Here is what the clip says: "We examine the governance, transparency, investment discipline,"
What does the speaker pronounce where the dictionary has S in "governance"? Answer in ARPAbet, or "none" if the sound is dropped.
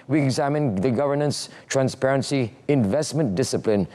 S